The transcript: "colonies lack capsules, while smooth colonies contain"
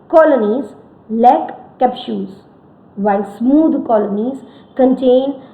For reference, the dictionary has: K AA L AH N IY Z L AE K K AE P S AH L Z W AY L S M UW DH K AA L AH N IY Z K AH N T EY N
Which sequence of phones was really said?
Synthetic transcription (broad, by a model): K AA L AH N IY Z L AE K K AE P SH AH Z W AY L S M UW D K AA L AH N IY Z K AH N T EY N